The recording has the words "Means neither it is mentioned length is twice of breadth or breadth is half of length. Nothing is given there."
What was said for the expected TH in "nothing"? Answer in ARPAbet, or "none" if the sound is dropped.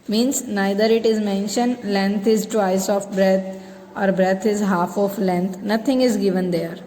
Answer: T